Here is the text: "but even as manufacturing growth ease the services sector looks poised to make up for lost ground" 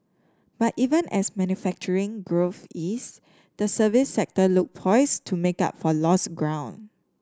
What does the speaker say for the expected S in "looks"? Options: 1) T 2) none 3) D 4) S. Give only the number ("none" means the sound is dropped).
2